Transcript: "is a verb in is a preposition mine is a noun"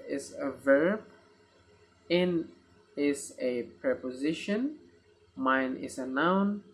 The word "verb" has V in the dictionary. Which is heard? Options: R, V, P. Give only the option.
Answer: V